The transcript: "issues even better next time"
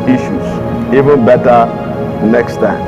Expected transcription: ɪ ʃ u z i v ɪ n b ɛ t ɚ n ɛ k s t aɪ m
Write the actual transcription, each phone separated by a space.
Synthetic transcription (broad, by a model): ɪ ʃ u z i v ɪ n b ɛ t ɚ n ɛ k s t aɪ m